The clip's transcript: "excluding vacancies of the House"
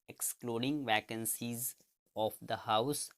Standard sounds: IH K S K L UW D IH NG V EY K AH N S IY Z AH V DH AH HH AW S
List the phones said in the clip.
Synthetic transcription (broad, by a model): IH K S K L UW D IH NG V EY K AH N S IY Z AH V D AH HH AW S